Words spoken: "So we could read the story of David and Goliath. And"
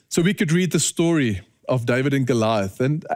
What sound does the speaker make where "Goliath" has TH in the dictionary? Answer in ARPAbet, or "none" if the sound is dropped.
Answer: TH